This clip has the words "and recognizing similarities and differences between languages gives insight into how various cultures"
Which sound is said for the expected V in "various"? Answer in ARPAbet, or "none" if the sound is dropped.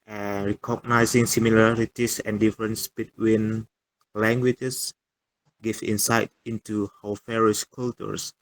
F